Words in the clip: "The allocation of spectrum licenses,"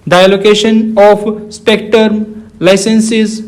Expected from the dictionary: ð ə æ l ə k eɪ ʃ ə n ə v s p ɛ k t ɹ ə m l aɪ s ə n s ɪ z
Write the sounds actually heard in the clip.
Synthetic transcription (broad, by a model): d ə l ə k eɪ ʃ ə n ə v s p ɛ k t ə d l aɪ s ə n s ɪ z